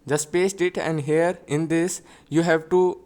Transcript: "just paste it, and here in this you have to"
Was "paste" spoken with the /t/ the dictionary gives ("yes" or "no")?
yes